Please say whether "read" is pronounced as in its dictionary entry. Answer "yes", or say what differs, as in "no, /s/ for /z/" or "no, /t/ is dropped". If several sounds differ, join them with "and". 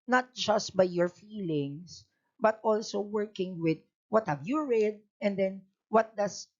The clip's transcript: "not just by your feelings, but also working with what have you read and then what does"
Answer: yes